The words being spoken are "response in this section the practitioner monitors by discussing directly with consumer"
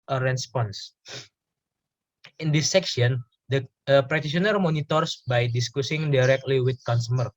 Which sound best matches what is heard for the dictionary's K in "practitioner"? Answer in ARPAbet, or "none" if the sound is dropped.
none